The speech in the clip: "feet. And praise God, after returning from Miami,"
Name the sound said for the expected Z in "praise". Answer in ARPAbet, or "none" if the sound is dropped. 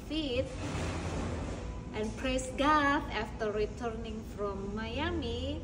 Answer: S